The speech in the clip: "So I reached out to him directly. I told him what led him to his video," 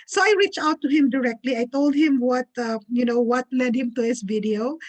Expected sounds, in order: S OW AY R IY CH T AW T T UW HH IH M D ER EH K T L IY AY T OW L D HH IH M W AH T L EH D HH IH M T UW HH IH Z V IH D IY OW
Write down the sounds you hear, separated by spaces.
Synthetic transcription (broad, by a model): S OW AY R IY CH AW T T UW HH IH M D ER EH K T L IY AY T OW L D HH IH M W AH T L EH D HH IH M T UW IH S V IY D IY OW